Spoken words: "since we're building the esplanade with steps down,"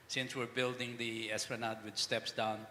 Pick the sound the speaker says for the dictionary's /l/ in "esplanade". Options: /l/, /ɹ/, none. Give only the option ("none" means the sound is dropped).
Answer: none